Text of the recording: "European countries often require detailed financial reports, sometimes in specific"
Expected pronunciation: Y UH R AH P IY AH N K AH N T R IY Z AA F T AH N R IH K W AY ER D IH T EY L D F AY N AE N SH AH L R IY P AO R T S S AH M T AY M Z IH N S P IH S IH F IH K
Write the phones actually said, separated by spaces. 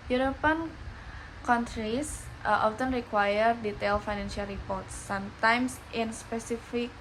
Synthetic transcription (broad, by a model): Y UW R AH P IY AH N K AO N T R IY S AA F T AH N R IH K W AY ER D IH T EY L F AY N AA N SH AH L R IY P AO R T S S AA M T AY M S IH N S P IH S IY F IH K